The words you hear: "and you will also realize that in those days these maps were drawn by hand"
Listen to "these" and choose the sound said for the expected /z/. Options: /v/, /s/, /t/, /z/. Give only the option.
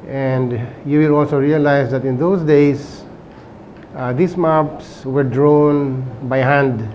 /s/